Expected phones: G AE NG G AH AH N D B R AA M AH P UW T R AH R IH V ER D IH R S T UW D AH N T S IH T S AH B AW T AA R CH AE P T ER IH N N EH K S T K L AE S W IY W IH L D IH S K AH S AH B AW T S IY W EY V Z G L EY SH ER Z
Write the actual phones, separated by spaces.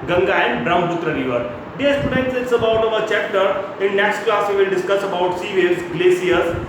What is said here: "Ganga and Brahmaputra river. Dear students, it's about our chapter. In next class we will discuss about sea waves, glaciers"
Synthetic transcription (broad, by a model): G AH NG G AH AH N D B R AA AH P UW T R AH R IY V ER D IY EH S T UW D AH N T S IH T S AH B AW T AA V CH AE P T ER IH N N EH K S T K L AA S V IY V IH L D IH S K AH S AH B AW T S IY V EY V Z G L EY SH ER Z